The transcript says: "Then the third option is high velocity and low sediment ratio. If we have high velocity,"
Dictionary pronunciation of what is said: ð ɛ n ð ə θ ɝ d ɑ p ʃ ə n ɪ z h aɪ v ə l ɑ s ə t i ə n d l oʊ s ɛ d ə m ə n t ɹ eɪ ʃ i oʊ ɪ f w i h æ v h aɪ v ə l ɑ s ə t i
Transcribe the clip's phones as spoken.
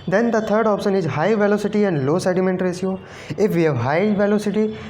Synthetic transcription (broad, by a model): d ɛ n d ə t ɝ d ɑ p ʃ ə n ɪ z h aɪ v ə l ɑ s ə t i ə n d l oʊ s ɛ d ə m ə n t ɹ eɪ s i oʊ ɪ f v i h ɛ v h aɪ v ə l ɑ s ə t i